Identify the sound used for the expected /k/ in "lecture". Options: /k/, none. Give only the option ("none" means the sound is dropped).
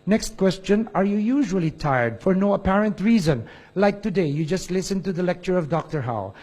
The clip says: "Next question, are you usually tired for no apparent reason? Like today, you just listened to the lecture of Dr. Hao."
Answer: /k/